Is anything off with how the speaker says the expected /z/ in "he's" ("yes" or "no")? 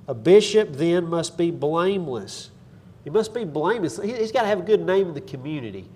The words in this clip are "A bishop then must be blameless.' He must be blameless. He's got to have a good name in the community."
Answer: no